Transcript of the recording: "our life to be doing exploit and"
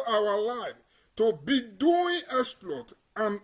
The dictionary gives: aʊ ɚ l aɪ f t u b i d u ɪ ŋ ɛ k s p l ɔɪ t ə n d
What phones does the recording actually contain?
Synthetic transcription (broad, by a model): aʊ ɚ l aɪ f t u b i d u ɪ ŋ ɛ s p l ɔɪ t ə n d